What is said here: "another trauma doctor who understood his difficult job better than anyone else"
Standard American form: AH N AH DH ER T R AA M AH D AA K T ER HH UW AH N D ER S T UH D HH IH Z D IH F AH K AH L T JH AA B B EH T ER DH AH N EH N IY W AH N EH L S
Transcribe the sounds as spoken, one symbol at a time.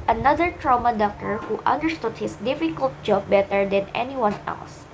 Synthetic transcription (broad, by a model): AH N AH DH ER T R AA M AH D AA K T ER HH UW AH N D ER S T UH D HH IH S D IH F AH K AH L T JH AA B B EH T ER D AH N EH N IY W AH N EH L S